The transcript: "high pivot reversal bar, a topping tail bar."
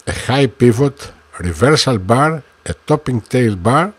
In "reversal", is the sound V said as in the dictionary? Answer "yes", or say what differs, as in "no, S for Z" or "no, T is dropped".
yes